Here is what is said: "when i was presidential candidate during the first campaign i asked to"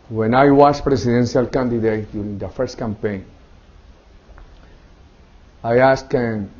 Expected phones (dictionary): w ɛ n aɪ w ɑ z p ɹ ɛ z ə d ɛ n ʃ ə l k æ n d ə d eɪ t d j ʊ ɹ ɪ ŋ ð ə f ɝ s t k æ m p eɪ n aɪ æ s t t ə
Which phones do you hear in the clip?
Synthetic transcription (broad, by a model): w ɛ n aɪ w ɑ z p ɹ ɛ s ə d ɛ n s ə l k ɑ n d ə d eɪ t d j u ɹ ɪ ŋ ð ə f ɝ s t k æ m p eɪ n aɪ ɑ s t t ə